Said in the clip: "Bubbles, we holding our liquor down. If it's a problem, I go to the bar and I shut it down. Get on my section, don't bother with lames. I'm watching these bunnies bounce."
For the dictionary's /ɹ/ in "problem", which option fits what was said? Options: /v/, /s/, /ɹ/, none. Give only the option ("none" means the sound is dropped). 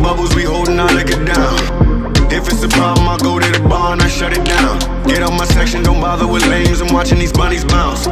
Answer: none